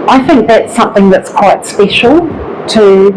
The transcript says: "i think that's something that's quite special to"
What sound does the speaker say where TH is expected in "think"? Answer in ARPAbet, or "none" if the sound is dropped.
TH